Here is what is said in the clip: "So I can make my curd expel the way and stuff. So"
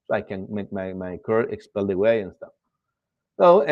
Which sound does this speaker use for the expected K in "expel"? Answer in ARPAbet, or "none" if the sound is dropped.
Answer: K